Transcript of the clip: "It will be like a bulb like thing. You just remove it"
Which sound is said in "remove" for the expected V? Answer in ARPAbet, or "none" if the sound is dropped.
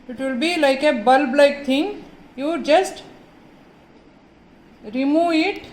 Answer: none